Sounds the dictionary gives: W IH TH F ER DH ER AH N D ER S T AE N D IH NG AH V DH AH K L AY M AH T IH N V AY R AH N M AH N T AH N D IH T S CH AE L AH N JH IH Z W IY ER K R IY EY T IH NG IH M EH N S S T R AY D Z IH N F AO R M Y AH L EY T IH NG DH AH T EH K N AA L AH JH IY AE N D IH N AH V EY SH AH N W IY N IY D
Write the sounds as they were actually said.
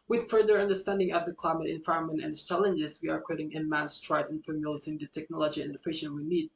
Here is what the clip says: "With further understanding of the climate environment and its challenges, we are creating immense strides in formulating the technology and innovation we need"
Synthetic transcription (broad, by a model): W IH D F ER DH ER AH N D ER S T AE N D IH NG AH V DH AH K L AY M AH T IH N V AY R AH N M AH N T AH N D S CH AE L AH N JH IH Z W IY ER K IY T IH NG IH M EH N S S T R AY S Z IH N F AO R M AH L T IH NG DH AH T EH K N AA L AH JH IY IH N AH F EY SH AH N W IY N IY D